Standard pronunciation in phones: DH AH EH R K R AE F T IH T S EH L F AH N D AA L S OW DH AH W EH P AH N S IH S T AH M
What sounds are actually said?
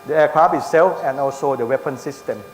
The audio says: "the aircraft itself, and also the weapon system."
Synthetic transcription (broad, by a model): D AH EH K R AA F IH S S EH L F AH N AA L S OW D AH W EH P AH N S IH S T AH M